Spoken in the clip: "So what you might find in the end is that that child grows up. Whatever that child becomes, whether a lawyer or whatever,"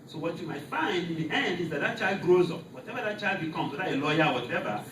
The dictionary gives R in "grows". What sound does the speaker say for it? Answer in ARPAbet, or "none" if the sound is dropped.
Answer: R